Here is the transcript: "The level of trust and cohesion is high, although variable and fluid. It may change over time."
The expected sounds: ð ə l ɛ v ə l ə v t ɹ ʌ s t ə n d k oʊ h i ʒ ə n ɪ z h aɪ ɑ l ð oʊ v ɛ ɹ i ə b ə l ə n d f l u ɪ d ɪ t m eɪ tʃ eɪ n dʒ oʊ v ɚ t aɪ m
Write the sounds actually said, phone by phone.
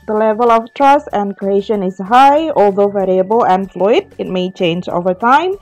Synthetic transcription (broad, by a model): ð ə l ɛ v ə l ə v t ɹ ʌ s t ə n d k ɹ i ʃ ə n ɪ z h aɪ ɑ l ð oʊ v ɛ ɹ i ə b ə l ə n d f l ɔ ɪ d ɪ t m eɪ tʃ eɪ n dʒ oʊ v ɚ t aɪ m